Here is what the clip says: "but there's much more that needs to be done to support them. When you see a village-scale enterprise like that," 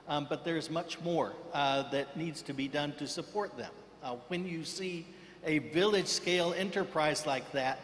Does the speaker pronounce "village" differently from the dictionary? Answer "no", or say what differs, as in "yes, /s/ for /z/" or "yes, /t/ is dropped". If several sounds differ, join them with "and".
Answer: no